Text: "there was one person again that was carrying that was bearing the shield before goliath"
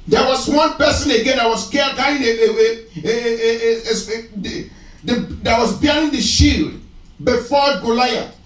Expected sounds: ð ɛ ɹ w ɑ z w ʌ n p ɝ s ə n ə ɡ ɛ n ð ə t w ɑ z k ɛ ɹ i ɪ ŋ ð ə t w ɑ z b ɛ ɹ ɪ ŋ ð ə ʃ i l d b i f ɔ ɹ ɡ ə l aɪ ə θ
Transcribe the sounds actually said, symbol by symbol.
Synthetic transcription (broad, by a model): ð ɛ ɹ w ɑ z w ʌ n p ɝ s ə n ə ɡ ɛ n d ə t w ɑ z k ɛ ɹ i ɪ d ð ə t w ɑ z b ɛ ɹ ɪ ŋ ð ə ʃ i l d b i f ɔ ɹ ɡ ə l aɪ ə